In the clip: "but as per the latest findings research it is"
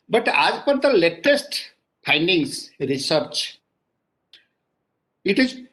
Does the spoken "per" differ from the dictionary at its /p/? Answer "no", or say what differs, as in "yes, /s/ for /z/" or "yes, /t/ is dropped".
no